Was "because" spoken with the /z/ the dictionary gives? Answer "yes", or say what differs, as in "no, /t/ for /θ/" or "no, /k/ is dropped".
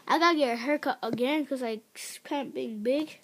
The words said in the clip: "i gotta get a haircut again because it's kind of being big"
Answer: no, /z/ is dropped